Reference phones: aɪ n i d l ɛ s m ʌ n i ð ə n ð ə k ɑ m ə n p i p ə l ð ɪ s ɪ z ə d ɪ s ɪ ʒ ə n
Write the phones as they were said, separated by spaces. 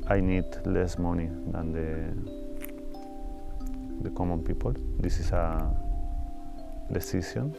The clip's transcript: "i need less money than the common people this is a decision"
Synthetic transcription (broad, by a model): aɪ n i d l ɛ s m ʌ n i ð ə n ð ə k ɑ m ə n p i p ə l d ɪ s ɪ s ə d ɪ s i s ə n